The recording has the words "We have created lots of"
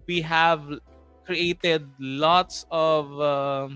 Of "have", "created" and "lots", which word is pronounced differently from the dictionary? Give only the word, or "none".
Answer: none